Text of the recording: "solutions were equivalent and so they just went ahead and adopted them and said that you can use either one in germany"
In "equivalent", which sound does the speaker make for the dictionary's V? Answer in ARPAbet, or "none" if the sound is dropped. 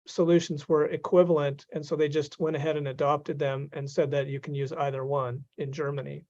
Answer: V